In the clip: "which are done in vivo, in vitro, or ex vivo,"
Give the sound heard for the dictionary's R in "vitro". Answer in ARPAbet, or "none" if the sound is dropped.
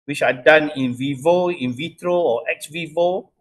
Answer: R